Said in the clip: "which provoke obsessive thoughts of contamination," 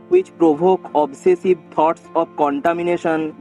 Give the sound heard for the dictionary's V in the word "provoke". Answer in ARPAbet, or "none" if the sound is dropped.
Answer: B